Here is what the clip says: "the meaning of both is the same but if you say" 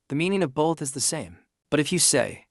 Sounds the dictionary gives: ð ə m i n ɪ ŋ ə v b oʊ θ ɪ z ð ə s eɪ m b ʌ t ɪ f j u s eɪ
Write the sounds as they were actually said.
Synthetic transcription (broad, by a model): ð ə m i n ɪ ŋ ə v b oʊ θ ɪ z ð ə s eɪ m b ʌ t ɪ f j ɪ s eɪ